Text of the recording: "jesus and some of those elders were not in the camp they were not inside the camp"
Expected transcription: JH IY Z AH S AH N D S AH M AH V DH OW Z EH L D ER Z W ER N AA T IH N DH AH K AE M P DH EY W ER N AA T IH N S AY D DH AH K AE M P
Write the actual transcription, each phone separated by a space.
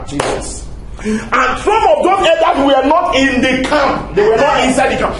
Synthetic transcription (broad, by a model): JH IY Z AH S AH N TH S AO M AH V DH OW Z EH D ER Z W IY N AA T IH N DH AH K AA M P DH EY W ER N AA T IH N S AY D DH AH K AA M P